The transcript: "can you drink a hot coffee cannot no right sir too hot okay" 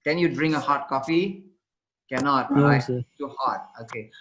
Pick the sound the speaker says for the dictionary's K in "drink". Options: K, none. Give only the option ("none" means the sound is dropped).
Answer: none